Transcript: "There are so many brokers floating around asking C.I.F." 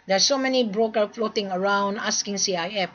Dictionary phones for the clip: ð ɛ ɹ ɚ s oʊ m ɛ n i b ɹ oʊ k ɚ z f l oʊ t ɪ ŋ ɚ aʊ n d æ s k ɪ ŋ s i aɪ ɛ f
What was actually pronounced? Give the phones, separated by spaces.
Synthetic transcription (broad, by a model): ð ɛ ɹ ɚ s oʊ m ɛ n i b ɹ oʊ k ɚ f l oʊ t ɪ ŋ ɚ aʊ n d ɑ s k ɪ ŋ s i aɪ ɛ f